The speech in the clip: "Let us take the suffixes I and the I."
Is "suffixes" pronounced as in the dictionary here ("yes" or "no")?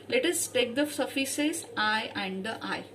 no